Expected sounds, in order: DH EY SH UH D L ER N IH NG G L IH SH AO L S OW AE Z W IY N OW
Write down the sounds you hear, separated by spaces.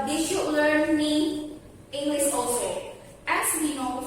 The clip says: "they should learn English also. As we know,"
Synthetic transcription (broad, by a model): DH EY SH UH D L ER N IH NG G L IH S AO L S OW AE S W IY N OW